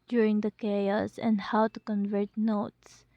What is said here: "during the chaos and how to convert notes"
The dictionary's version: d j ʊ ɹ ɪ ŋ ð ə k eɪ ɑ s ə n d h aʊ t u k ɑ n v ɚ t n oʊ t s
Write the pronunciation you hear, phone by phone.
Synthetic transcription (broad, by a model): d j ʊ ɹ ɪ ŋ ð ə k eɪ ɑ s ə n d h aʊ t u k ɑ n v ɚ t n oʊ t s